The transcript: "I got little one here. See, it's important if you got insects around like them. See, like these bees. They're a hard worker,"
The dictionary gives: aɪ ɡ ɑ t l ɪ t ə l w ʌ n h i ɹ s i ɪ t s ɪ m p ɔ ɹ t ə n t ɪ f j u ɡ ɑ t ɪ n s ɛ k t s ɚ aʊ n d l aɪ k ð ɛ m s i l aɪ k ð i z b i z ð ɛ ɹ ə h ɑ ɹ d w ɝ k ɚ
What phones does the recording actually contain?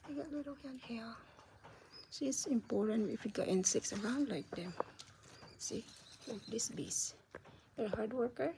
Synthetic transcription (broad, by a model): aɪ ɡ ɑ t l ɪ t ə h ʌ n h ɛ l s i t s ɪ m p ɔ ɹ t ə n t ɪ f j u ɡ ɑ t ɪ n s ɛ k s ɚ aʊ n d l aɪ k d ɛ m s i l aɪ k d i s b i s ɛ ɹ h ɑ ɹ d w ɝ k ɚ